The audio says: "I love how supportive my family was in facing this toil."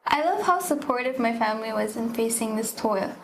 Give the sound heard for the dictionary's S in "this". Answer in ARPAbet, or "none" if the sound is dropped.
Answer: S